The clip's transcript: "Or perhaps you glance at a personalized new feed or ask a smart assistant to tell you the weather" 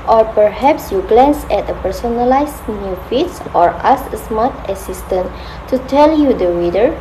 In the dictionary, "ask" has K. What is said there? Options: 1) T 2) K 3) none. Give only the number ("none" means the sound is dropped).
3